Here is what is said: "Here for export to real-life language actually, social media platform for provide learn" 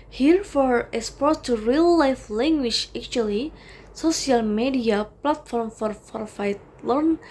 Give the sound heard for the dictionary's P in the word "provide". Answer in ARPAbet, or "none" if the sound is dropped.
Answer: F